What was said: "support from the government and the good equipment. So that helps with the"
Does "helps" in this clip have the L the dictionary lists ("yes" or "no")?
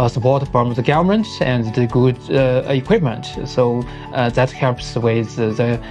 no